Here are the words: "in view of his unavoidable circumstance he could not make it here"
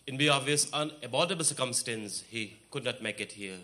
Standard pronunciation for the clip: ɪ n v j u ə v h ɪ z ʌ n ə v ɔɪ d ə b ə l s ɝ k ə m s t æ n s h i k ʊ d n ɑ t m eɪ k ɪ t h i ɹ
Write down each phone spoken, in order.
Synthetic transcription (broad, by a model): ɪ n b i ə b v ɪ s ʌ n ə b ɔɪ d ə b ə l s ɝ k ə m s t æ n s h i k ʊ d n ɑ t m eɪ k ɪ t h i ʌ